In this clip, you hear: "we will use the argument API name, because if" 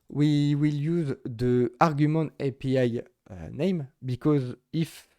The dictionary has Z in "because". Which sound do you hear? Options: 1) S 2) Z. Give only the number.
2